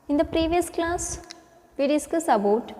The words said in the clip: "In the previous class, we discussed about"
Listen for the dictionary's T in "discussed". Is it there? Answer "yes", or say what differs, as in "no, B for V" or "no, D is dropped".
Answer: no, T is dropped